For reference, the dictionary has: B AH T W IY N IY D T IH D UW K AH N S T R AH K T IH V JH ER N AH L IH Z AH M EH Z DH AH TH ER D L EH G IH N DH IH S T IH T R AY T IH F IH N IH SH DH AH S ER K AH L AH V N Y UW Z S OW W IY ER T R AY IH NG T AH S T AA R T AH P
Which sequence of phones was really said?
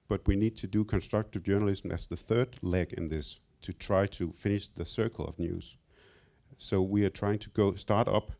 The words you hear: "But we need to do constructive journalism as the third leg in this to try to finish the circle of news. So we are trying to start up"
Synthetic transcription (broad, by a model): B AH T W IY N IY D T IH D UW K AH N S T R AH K T IH V JH ER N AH L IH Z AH M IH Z DH AH TH ER D L EH G IH N DH IH S T IH T R AY T IH F IH N IH SH DH AH S ER K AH L AH V N Y UW Z S OW W IY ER T R AY IH NG T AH S T AA R T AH P